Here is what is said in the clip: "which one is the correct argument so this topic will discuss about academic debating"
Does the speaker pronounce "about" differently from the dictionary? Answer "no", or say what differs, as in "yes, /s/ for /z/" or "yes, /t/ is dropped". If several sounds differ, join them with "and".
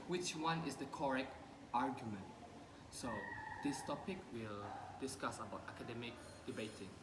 no